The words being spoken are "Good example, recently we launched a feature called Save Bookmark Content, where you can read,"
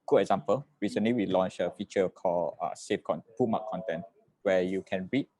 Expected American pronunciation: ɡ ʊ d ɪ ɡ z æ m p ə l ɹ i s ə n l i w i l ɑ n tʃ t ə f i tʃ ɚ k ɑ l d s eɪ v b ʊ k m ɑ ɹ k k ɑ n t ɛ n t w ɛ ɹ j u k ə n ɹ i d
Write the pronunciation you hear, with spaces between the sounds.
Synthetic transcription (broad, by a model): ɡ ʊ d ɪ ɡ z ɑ m p ə l ɹ i s ə n l i w i l ɑ n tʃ ə f i tʃ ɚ k ɑ l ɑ s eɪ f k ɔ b m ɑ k k ɑ n t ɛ n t w ɛ j u k ə n ɹ i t